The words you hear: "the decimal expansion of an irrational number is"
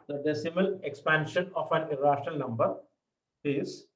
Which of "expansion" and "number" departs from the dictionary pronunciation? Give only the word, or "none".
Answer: none